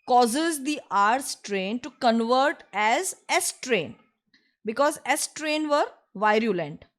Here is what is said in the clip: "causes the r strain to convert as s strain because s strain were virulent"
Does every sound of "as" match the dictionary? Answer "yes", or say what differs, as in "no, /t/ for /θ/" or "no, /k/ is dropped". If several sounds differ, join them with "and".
yes